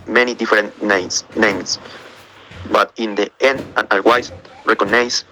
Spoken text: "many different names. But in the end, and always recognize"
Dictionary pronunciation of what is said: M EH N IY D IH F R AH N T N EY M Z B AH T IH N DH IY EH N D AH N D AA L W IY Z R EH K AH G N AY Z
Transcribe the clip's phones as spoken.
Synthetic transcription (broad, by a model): M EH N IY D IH F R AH N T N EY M S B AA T IH N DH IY EH N D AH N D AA W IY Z R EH K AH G N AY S